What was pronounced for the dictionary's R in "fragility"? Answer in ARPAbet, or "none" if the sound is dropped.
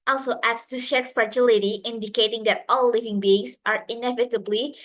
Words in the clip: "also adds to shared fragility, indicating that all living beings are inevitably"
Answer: R